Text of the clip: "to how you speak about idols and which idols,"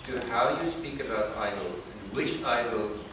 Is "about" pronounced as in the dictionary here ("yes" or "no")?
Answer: yes